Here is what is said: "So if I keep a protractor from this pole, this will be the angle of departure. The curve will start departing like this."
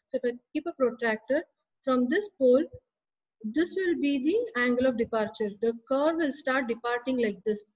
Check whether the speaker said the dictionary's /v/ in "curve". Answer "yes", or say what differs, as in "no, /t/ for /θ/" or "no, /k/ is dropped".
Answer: yes